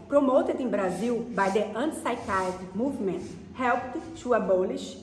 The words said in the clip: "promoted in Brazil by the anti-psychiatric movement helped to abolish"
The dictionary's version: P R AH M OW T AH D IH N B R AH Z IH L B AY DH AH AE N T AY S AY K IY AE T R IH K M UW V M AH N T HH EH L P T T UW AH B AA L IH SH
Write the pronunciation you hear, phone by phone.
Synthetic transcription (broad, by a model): P R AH M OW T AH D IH B R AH Z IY W B AY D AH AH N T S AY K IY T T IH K M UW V M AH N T HH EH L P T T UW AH B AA L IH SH